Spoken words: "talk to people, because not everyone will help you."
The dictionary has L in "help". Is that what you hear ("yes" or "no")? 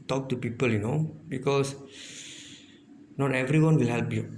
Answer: yes